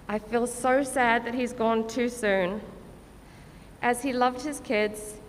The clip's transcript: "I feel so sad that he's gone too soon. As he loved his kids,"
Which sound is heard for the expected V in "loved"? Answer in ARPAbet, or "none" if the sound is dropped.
V